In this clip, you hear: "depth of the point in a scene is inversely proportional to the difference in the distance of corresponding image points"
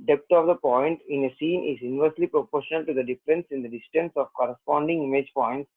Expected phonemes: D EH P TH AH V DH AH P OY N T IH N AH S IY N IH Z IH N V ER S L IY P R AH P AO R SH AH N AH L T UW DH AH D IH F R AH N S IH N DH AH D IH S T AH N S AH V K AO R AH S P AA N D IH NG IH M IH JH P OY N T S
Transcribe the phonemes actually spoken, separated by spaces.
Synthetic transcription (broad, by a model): D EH P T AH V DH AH P OY N T IH N AH S IY N IH Z IH N V ER S L IY P R AH P AO R SH AH N AH L T UW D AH D IH F R AH N S IH N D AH D IH S T AH N S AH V K AO R AH S P AA N D IH NG IH M IH JH P OY N T S